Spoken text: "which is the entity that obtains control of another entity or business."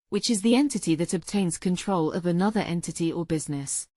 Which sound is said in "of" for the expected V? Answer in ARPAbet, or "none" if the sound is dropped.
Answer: V